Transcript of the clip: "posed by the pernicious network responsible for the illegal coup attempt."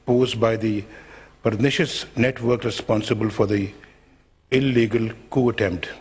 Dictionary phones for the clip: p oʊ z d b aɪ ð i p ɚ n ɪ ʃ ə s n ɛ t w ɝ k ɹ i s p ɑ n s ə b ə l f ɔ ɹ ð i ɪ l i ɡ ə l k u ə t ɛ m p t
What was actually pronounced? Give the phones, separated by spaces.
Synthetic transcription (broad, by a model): p oʊ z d b aɪ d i p ɚ n ɪ ʃ ə s n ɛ t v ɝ k ɹ i s p ɑ n s ə b ə l f ɔ ɹ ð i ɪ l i ɡ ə l k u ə t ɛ m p t